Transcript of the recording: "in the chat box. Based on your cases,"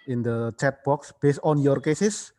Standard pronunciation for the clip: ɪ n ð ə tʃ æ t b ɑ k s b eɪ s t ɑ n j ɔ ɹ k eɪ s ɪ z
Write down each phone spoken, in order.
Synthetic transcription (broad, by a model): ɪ n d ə tʃ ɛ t b ɑ k s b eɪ s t ɑ n j ɔ ɹ k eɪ s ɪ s